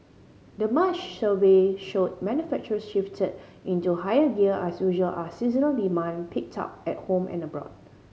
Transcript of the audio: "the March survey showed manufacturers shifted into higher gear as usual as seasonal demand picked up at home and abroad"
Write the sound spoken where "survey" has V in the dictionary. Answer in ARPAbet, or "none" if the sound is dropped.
W